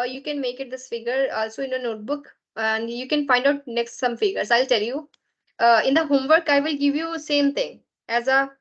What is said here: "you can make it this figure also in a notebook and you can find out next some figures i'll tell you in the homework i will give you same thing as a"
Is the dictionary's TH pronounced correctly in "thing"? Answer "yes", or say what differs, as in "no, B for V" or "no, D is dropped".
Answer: no, T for TH